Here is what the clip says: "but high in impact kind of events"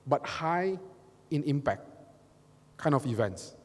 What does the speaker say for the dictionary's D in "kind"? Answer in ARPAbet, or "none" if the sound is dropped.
none